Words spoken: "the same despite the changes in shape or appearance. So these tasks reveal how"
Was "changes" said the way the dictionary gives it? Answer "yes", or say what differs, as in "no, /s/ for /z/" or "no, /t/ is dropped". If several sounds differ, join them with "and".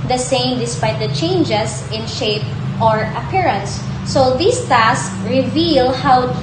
no, /s/ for /z/